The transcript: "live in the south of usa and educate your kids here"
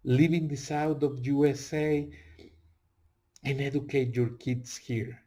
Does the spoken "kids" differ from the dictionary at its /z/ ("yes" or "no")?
yes